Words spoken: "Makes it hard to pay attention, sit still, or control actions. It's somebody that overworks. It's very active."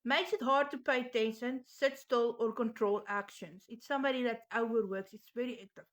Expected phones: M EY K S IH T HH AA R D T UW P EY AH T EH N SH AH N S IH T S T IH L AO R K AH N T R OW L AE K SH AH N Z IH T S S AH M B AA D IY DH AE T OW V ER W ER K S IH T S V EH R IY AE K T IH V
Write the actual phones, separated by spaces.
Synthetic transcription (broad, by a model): M EY K S IH T HH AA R D T UW P EY AH T EH N SH AH N S IH T S T IH L AO R K AH N T R OW L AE K SH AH N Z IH T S S AH M B AA D IY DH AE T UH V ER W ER K S IH T S V EH R IY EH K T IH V